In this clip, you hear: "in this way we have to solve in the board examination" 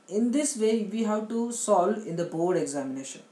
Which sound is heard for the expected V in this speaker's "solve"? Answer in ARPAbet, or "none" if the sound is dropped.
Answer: none